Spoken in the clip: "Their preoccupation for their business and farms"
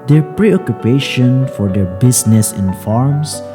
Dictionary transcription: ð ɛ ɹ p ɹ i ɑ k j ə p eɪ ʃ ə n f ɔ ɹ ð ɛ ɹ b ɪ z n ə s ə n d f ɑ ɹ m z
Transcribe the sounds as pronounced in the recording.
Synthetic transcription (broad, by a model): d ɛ ɹ p ɹ i ɑ k j ə p eɪ ʃ ə n f ɔ ɹ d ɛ ɹ b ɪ s n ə s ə n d f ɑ ɹ m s